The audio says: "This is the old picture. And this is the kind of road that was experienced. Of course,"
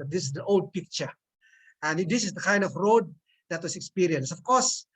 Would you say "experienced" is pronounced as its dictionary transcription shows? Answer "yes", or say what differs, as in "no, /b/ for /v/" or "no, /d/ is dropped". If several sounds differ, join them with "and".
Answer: no, /t/ is dropped